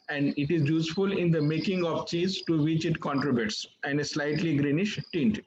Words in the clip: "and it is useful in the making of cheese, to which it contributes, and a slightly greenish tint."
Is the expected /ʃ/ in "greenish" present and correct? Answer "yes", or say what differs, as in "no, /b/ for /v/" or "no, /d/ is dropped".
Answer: yes